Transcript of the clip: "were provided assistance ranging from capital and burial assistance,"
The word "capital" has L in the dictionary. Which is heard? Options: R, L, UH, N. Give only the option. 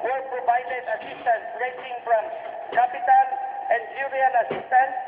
N